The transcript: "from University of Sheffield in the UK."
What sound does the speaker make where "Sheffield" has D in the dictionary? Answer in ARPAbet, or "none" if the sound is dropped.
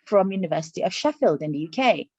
D